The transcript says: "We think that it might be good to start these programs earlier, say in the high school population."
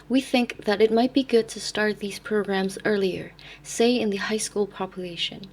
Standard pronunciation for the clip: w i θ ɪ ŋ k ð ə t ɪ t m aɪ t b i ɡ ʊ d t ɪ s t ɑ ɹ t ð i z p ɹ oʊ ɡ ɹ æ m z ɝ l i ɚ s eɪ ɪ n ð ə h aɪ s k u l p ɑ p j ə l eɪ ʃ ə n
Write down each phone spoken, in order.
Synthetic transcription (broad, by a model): w i θ ɪ ŋ k ð ə t ɪ t m aɪ t b i ɡ ʊ d t ɪ s t ɑ ɹ t ð i z p ɹ oʊ ɡ ɹ æ m z ɝ l i ɚ s eɪ ɪ n ð ə h aɪ s k u l p ɑ p j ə l eɪ ʃ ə n